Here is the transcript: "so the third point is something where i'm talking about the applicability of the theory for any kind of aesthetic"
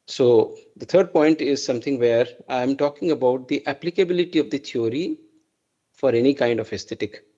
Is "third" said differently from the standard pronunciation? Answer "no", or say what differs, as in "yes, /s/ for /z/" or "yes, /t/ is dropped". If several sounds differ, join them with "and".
yes, /t/ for /θ/